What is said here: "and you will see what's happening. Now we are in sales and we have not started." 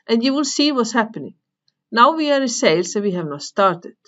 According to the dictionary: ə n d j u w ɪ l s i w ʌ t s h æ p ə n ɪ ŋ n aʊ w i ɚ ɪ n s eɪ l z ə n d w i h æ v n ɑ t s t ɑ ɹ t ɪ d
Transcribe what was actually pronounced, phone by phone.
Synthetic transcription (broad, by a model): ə n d j u w ɪ l s i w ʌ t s h æ p ə n ɪ ŋ n aʊ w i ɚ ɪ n s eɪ l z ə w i h æ v n ɑ t s t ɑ ɹ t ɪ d